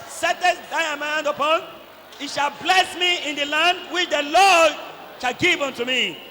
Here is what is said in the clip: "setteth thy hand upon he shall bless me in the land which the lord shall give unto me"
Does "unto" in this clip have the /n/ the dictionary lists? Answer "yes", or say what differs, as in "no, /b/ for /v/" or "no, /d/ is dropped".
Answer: yes